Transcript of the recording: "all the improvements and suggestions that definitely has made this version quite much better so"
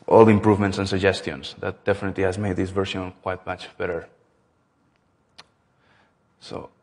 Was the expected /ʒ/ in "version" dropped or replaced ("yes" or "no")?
yes